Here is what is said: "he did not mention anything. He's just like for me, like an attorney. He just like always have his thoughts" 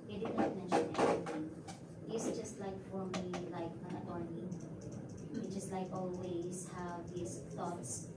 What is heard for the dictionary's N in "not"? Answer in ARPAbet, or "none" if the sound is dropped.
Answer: L